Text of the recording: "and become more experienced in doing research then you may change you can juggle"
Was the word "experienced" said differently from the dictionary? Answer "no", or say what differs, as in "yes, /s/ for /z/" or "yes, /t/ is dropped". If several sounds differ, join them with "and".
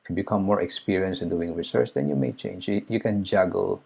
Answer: yes, /t/ is dropped